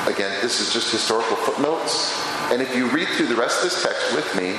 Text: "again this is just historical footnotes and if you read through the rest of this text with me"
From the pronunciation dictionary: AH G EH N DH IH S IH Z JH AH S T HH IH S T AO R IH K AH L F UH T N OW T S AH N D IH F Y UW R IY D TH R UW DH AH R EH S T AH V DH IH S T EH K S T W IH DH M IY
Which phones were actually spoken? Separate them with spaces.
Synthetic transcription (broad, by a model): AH G EH N DH IH S IH Z JH AH S T HH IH S T AO R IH K L F UH T N OW T S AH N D IH F Y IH R IY D TH R UW DH AH R EH S T AH V DH IH S T EH K S T W IH DH M IY